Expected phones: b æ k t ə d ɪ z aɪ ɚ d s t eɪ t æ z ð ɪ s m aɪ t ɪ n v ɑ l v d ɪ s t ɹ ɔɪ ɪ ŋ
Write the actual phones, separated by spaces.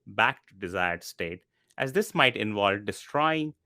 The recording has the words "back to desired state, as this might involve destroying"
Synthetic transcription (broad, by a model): b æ k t d ɪ z aɪ ɚ d s t eɪ t æ z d ɪ s m aɪ t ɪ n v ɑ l d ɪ s t ɹ ɔɪ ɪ ŋ